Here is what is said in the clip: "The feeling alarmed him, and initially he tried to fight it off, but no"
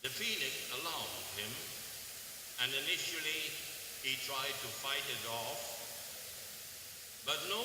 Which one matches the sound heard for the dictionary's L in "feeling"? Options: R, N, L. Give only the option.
N